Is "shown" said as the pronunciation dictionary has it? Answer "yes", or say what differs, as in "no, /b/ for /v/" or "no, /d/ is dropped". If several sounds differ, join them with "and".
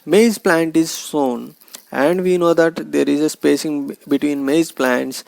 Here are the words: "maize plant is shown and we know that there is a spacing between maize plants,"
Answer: no, /s/ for /ʃ/